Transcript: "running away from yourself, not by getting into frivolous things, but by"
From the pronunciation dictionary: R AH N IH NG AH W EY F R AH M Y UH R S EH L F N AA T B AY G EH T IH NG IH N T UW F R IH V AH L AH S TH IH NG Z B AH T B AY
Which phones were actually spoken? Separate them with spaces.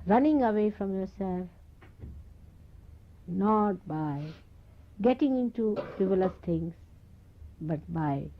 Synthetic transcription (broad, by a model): R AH N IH NG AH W EY F R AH M Y UH R S EH L F N AA T B AY G EH T IH NG IH N T UW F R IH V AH L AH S T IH NG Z B AH T B AY